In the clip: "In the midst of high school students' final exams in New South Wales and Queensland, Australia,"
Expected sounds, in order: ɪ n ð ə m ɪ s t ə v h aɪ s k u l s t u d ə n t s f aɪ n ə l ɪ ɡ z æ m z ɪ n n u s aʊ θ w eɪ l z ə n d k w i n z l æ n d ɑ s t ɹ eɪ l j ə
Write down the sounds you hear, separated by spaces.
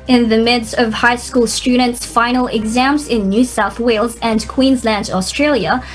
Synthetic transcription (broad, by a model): ɪ n ð ə m ɪ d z ə v h aɪ s k u l s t u d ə n t s f aɪ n l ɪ ɡ z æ m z ɪ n n u s aʊ θ w eɪ l z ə n k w i n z l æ n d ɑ s t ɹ eɪ l j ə